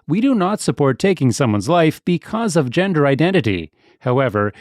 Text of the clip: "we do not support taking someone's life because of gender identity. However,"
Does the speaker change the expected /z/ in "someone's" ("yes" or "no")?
no